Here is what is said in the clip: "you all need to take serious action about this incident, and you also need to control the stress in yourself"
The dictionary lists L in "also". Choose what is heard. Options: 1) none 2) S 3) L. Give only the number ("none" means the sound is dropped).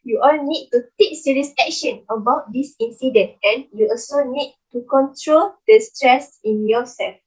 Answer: 3